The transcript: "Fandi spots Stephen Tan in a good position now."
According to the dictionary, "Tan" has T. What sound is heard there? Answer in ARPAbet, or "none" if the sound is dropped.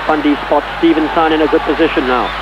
S